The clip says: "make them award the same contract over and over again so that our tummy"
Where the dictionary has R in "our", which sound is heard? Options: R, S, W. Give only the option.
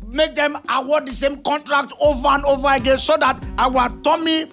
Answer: W